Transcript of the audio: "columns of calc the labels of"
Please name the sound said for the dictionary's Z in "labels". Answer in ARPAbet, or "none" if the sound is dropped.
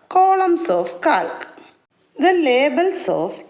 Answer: S